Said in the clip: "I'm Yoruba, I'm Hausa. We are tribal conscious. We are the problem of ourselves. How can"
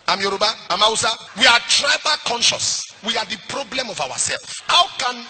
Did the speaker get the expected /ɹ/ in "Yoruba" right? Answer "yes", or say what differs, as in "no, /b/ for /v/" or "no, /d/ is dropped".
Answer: yes